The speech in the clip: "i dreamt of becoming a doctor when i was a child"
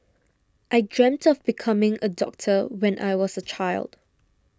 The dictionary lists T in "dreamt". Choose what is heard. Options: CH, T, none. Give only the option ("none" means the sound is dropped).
T